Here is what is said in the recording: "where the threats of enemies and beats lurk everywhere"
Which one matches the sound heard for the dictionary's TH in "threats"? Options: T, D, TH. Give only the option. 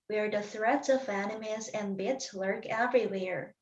TH